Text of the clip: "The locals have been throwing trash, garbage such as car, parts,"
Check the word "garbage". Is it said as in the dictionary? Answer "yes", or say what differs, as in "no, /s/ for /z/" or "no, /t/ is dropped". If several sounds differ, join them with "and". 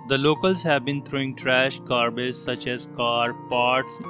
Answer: no, /z/ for /dʒ/